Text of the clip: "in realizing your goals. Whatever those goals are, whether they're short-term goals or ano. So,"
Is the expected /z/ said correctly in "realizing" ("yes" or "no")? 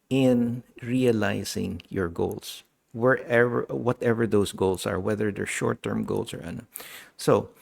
no